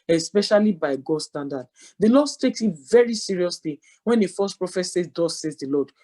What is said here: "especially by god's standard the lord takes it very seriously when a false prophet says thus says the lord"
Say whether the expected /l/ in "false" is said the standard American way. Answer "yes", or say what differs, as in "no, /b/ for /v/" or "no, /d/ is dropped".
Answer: no, /l/ is dropped